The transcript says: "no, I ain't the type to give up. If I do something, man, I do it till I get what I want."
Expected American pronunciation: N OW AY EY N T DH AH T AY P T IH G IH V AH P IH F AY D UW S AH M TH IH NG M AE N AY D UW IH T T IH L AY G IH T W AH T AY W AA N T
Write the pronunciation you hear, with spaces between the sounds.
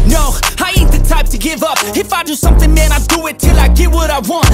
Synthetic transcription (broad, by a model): N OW AY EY T DH AH T AY P T IH G IH V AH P IH F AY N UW S AH M TH IH NG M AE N AY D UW IH T T IH L AY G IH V W AH T AY W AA N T